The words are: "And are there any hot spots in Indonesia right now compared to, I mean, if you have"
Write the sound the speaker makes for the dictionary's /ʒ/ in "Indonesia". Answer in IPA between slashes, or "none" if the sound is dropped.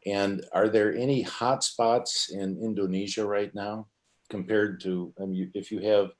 /ʒ/